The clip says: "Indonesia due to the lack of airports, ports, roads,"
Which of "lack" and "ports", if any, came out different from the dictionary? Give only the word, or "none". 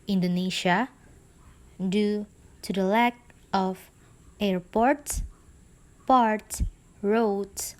ports